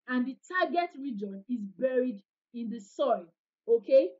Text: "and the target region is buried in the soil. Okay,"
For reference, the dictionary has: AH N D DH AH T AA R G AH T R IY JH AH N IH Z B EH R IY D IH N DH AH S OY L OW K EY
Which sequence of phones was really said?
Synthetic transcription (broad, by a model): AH N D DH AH T AA G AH T R IY JH AH N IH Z B EH R IY D IH N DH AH S OY L OW K EY